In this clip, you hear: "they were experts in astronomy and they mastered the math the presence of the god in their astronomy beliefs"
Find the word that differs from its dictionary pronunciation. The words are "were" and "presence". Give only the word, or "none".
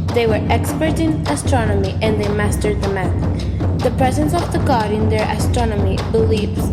none